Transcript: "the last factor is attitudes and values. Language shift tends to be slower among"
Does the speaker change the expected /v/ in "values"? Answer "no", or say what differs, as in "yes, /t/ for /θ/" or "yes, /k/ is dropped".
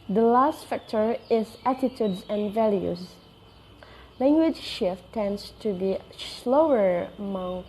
no